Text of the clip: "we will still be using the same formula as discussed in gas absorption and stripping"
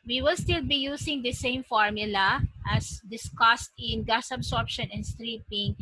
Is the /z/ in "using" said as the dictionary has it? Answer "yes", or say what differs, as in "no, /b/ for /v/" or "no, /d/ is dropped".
no, /s/ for /z/